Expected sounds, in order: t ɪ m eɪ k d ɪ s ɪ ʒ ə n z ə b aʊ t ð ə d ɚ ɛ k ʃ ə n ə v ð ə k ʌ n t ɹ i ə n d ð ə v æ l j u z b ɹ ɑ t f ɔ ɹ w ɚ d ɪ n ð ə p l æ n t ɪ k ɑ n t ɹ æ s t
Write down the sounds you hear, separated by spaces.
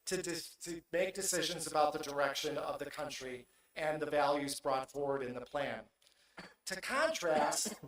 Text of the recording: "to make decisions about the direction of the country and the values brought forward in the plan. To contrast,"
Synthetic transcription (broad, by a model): t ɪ m eɪ k d ɪ s ɪ ʒ ə n z ə b aʊ t ð ə d ɚ ɛ k ʃ ə n ə v ð ə k ʌ n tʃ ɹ i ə n ð ə v æ l j u z b ɹ ɑ t f ɔ ɹ w ɚ d ɪ n ð ə p l æ n t ɪ k ɑ n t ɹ æ s t